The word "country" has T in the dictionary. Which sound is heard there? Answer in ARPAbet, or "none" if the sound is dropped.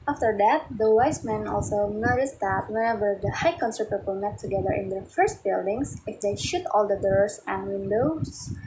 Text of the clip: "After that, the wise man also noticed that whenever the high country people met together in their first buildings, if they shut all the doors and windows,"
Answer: S